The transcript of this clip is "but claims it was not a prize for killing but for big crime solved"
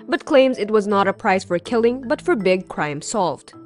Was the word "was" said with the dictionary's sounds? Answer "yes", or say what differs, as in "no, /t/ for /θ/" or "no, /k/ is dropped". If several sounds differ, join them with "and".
yes